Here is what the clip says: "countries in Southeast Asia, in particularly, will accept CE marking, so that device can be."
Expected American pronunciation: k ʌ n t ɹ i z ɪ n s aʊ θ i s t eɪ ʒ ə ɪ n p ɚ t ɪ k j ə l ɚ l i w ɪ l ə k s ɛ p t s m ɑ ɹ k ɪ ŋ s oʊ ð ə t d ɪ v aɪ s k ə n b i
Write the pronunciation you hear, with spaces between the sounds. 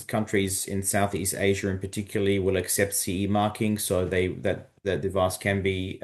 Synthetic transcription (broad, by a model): k ʌ n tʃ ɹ i z ɪ n s aʊ θ i s t eɪ ʒ ə ɪ n p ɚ t ɪ k j l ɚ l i w ɪ l ə k s ɛ p t s m ɑ ɹ k ɪ ŋ s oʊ ð ə t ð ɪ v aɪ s k ə n b i